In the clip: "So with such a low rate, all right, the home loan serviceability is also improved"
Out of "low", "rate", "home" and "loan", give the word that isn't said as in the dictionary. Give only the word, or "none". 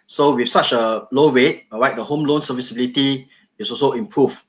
rate